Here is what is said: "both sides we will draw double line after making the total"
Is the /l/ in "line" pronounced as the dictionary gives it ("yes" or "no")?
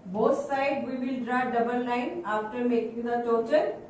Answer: no